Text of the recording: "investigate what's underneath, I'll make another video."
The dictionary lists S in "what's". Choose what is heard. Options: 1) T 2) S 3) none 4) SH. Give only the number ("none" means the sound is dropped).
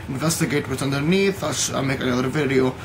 3